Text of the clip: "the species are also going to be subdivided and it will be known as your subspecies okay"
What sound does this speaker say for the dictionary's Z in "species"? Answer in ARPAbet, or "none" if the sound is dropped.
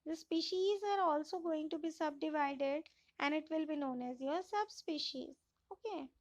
Z